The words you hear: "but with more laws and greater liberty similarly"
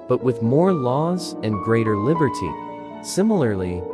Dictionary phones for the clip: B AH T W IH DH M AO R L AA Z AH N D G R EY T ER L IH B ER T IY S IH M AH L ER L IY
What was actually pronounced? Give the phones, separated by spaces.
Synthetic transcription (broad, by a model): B AH T W IH DH M AO R L AA Z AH N G R EY T ER L IH B ER T IY S IH M L ER L IY